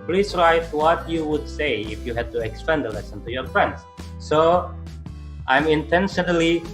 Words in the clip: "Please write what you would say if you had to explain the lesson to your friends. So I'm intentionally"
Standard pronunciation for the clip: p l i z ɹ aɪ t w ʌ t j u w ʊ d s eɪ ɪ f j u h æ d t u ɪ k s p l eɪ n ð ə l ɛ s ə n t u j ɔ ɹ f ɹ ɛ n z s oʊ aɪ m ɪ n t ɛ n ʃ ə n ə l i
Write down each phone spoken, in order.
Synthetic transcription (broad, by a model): p l i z ɹ aɪ t w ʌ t j u w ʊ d s eɪ ɪ f j u h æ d t u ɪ k s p eɪ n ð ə l ɛ s ə n t u j ɔ ɹ f ɹ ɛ n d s oʊ aɪ m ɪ n t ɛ n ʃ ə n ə l i